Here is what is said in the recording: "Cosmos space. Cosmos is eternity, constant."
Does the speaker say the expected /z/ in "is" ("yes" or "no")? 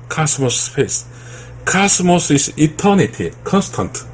no